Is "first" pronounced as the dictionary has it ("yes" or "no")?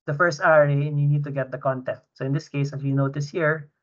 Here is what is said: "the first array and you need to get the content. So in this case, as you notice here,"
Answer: yes